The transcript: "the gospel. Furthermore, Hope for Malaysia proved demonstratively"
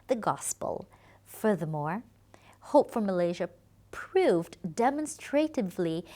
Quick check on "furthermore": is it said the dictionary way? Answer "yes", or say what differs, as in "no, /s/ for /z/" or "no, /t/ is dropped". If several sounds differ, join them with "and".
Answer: yes